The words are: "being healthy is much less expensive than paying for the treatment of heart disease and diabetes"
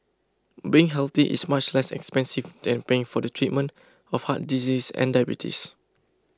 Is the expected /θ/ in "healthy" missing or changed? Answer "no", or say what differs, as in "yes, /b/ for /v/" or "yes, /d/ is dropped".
yes, /t/ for /θ/